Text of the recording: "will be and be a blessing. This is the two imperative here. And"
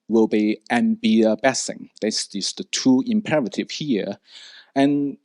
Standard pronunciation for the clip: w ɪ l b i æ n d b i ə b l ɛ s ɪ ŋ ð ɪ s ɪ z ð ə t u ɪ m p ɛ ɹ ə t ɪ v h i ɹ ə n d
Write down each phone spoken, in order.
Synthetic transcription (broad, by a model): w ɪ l b i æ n b i ə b ɛ s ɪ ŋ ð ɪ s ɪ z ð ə t u ɪ m p ɛ ɹ ə t ɪ v h i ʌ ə n